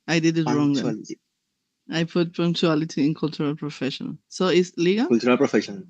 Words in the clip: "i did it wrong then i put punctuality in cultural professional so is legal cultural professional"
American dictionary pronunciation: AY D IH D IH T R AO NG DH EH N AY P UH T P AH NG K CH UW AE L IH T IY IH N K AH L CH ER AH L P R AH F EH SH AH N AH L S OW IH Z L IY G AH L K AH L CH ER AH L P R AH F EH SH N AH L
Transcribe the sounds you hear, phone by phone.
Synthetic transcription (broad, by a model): AY D IH D IH T R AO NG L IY AY P UH T P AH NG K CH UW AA L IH T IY IH N K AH L CH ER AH L P R AH F EH SH AH N AH L S OW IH S L IY G AH L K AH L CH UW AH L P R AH F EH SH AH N